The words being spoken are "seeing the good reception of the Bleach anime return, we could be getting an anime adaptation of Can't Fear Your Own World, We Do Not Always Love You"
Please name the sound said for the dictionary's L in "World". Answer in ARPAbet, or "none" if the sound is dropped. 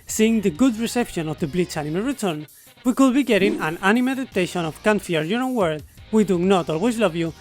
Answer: none